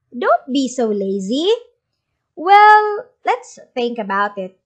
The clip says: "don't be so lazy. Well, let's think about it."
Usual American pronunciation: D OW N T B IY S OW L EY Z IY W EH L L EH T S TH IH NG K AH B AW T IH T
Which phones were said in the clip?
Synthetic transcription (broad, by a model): D OW N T B IY S OW L EY Z IY W EH L L EH T S TH IH NG K AH B AW T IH T